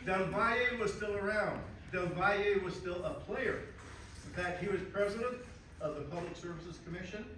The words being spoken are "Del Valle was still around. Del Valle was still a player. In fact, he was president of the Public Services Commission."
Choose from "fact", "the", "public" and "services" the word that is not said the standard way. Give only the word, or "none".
fact